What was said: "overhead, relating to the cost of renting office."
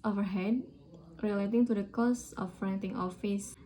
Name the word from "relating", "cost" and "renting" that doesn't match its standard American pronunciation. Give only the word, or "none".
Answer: cost